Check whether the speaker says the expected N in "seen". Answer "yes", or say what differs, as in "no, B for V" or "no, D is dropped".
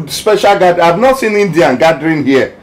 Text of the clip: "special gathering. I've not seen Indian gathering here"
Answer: yes